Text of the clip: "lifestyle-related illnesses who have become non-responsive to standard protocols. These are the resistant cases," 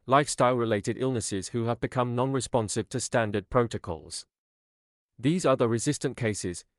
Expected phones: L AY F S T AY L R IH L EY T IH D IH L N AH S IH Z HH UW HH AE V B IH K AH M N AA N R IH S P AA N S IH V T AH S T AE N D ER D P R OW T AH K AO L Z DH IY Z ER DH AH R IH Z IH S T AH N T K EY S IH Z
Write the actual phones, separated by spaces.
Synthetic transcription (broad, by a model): L AY F S T AY L R IH L EY T IH D IH L N AH S IH Z HH UW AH V B IH K AH M N AA N R IH S P AA N S IH V T AH S T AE N D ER D P R OW T AH K AO L Z DH IY Z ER DH AH R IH Z IH S T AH N K EY S IH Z